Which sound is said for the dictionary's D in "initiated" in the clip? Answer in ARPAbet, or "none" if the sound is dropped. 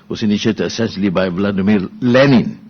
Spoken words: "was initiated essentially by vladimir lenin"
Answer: none